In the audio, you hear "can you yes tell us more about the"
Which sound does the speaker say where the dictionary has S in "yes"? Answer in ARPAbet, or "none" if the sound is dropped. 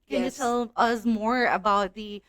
none